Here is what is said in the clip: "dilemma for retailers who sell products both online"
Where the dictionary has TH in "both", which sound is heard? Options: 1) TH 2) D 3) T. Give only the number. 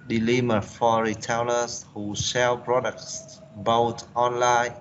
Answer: 3